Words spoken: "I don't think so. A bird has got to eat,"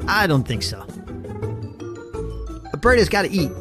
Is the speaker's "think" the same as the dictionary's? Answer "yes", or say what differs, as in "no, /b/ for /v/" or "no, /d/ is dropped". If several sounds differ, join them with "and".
yes